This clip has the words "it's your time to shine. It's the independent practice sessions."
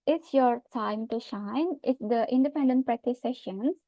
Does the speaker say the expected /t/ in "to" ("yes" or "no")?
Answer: yes